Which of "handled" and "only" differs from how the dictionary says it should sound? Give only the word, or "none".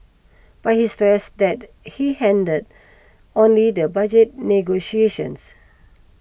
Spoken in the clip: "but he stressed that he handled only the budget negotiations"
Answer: handled